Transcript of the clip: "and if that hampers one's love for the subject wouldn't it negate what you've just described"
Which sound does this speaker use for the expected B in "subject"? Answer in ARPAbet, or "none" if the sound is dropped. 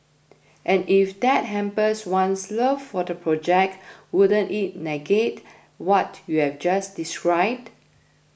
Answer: none